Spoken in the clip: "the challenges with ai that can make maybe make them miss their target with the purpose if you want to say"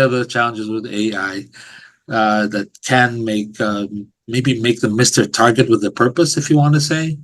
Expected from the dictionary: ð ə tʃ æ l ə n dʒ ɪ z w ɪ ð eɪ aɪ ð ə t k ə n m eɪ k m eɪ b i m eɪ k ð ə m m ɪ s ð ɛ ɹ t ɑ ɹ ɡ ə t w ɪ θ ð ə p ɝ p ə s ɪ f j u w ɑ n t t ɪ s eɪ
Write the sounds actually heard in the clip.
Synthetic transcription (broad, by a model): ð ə tʃ æ l ə n dʒ ɪ z w ɪ ð eɪ aɪ ð ə t k ə n m eɪ k m eɪ b i m eɪ k ð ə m m ɪ s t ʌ ɹ t ɑ ɹ ɡ ə t w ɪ ð ə p ɝ p ə s ɪ f j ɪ w ɑ n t t ɪ s eɪ